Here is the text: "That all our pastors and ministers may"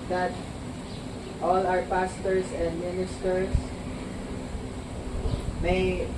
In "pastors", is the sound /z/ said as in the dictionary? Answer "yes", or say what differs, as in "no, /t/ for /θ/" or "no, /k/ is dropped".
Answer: no, /s/ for /z/